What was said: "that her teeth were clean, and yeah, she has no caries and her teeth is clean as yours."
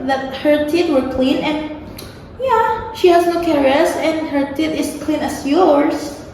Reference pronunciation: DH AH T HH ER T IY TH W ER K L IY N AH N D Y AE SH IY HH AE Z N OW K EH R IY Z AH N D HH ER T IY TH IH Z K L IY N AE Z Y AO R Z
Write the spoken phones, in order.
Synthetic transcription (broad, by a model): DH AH T HH ER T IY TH W ER K L IY N AH N D Y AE SH IY HH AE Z N OW K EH R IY S AH N D HH ER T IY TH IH S K L IY N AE S Y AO R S